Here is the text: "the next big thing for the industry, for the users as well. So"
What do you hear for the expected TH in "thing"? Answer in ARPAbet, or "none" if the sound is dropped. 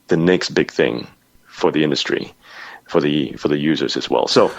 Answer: TH